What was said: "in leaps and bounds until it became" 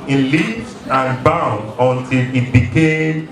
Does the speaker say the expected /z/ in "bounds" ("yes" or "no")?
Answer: no